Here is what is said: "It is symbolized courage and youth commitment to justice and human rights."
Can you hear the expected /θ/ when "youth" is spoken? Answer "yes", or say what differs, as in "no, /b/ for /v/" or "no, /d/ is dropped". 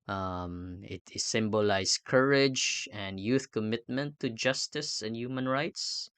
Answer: yes